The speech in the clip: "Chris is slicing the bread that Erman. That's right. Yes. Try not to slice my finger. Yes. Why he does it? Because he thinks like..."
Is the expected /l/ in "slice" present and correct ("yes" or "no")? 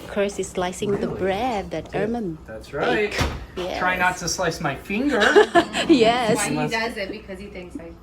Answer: yes